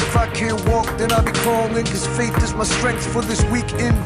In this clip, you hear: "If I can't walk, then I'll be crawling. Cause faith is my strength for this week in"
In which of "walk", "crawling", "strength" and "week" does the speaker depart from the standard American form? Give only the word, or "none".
crawling